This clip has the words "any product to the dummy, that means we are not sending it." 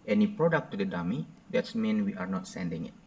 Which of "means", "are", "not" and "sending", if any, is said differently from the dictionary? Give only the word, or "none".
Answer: means